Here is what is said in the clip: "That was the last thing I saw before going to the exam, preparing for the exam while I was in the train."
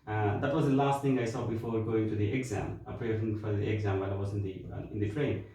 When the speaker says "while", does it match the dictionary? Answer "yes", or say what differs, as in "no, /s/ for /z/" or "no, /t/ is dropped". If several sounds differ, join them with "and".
no, /w/ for /l/